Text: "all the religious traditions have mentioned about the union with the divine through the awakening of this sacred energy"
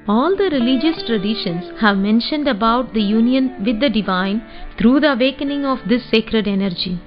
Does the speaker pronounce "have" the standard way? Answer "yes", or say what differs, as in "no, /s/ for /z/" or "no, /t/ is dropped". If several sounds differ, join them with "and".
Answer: yes